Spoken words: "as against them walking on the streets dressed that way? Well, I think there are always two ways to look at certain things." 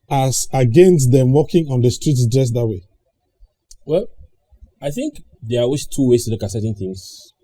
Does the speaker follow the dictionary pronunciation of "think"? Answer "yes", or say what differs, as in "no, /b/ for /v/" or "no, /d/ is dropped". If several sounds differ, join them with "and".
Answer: yes